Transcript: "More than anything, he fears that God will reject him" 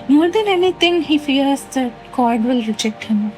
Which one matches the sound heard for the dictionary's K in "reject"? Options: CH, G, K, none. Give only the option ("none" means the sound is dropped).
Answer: K